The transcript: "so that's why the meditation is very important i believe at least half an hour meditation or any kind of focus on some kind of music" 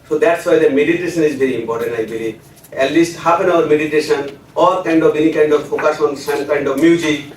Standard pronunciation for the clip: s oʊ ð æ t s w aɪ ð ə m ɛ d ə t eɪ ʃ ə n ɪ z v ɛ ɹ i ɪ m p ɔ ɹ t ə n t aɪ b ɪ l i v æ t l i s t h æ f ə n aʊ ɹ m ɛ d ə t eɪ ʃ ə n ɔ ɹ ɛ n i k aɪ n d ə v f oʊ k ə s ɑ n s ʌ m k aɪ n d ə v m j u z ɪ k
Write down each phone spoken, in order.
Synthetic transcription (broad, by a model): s oʊ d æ t s w aɪ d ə m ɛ d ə t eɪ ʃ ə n ɪ z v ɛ ɹ i ɪ m p ɔ ɹ t ə n t aɪ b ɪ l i ɛ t l i s t h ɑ p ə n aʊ ɹ m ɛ d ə t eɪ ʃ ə n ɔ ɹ ɛ n i k aɪ n d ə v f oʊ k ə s ɑ n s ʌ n k aɪ n d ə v m j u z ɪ k